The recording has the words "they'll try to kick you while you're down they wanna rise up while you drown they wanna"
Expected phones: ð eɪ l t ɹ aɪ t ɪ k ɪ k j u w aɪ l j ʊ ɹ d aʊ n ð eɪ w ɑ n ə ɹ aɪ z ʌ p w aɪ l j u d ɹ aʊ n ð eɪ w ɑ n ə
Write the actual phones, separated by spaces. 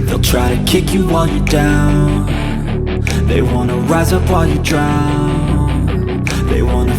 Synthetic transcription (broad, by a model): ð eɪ l t ɹ aɪ t ɪ k ɪ k j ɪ w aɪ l j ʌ ɹ d aʊ n ð eɪ w ɑ n ə ɹ aɪ z ʌ p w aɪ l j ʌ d ɹ aʊ n ð eɪ w ɑ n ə